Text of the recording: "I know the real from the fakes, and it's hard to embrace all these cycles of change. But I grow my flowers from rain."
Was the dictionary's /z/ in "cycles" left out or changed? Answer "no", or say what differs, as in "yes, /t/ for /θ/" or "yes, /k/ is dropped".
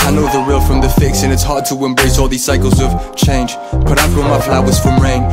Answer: no